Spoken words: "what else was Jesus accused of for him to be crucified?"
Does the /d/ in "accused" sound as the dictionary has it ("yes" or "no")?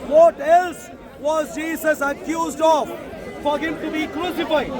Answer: yes